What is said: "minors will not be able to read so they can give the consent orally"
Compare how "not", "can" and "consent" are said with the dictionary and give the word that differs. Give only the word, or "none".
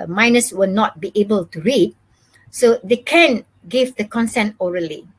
none